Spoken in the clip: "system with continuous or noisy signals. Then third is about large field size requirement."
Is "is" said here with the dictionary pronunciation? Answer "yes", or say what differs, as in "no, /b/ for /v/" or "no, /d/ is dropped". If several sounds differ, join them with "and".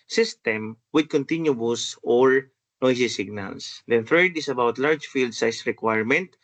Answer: no, /s/ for /z/